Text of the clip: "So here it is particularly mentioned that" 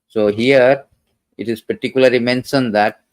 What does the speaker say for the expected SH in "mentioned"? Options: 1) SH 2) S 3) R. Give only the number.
2